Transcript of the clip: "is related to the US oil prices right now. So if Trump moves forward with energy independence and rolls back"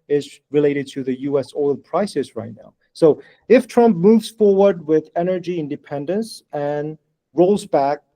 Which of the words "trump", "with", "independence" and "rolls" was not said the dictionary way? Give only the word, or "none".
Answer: none